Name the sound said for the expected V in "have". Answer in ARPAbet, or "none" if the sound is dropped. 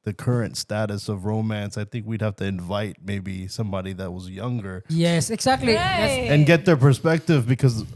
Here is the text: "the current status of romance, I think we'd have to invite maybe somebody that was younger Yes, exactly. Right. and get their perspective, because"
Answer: F